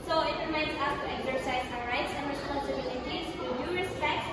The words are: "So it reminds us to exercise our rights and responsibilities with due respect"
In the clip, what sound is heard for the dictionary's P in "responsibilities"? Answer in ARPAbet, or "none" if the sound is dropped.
none